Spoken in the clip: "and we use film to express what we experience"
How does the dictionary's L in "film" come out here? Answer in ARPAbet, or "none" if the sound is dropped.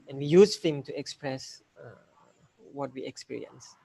none